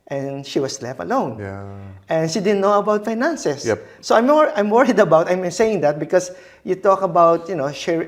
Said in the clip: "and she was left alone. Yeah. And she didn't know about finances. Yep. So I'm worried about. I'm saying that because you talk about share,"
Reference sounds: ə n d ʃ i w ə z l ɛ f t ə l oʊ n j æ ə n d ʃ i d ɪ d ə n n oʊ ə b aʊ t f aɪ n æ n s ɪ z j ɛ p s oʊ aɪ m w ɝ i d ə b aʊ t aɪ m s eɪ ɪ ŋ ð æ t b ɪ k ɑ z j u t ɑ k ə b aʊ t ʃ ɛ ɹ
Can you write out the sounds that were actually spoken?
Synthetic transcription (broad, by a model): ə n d ʃ i w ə s l ɛ f t ə l oʊ n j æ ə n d ʃ i d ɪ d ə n n oʊ ə b aʊ t f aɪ n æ n s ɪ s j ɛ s oʊ aɪ m w ɝ i d ə b aʊ t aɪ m s eɪ ɪ ŋ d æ t b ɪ k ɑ s j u t ɑ k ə b aʊ t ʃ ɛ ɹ